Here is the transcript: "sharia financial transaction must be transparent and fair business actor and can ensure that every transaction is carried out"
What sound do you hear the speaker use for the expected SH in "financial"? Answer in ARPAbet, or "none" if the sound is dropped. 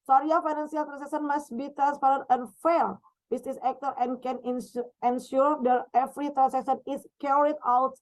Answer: S